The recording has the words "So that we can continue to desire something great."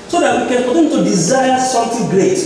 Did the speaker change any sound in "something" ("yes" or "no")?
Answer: yes